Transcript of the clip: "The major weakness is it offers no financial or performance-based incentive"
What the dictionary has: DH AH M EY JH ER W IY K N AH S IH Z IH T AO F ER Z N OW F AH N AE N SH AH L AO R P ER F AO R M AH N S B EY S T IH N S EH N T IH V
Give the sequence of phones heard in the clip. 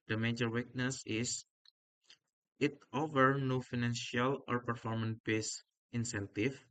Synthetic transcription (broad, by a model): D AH M EY JH ER W IY K N AH S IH S IH T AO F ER N OW F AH N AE N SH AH L AO R P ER F AO R M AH N B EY S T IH N S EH N T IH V